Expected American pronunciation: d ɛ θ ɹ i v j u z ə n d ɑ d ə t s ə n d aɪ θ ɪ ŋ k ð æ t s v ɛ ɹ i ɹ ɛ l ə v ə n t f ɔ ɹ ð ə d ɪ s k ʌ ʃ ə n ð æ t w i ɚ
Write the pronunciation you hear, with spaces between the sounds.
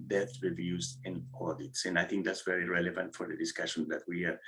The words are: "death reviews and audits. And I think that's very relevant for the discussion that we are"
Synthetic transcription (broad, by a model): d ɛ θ ɹ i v j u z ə n ɑ d ə t s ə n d aɪ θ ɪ ŋ k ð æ t s v ɛ ɹ i ɹ ɛ l ə v ə n t f ɔ ɹ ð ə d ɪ s k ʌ ʃ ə n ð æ t w i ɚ